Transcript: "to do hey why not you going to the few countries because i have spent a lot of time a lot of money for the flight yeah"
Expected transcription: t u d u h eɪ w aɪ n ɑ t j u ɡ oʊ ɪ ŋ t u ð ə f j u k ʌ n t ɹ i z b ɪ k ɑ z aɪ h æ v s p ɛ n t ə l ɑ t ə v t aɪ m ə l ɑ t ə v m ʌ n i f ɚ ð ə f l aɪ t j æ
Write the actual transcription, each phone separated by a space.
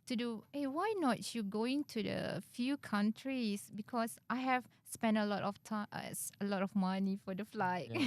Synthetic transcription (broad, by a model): t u d u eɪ w aɪ n ɑ t j u ɡ oʊ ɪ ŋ t u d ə f j u k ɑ n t ɹ i s b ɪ k ɑ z aɪ h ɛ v s p ɛ n t ə l ɑ t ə f t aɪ ə l ɑ t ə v m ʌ n i f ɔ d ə f l aɪ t